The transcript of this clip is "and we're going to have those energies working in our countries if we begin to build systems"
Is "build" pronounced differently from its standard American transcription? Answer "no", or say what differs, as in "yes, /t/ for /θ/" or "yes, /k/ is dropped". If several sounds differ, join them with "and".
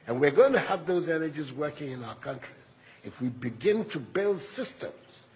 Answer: no